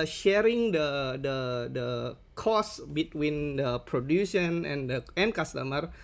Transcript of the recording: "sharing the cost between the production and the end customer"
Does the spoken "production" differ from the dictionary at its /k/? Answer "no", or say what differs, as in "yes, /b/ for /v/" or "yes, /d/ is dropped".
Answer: yes, /k/ is dropped